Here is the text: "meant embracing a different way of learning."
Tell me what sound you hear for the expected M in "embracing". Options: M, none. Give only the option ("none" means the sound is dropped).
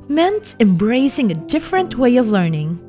M